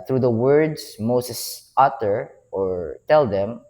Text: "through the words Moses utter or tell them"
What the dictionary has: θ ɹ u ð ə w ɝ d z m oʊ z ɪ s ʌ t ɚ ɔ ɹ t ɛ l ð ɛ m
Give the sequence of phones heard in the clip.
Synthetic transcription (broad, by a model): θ ɹ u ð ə w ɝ d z m oʊ s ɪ s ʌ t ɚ ɔ ɹ t ɛ l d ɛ m